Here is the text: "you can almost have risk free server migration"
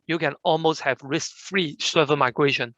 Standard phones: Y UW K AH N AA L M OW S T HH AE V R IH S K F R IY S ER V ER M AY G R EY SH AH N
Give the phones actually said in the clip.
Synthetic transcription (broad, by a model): Y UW K AH N AA L M OW S T HH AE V R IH S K F R IY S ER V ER M AY G R EY SH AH N